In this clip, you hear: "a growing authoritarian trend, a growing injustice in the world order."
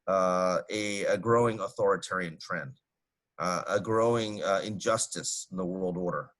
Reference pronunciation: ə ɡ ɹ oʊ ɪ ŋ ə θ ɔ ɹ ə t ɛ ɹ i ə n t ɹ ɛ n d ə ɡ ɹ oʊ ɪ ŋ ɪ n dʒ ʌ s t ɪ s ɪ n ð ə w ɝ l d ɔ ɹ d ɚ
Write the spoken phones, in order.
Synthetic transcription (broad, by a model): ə ɡ ɹ oʊ ɪ ŋ ə θ ɔ ɹ ə t ɛ ɹ i ə n t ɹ ɛ n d ə ɡ ɹ oʊ ɪ ŋ ɪ n dʒ ʌ s t ɪ s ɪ n ð ə w ɝ l d ɔ ɹ d ɚ